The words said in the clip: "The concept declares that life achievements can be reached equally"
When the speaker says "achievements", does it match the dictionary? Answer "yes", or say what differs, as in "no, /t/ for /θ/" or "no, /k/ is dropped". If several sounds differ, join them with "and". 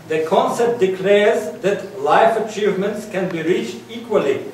yes